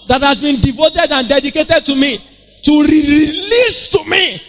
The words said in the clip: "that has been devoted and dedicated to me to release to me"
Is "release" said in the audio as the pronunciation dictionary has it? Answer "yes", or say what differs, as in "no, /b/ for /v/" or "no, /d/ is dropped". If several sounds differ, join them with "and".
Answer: yes